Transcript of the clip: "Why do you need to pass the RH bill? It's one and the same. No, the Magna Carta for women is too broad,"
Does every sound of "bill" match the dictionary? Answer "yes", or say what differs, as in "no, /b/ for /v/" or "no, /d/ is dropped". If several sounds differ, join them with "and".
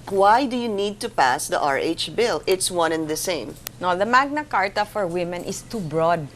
yes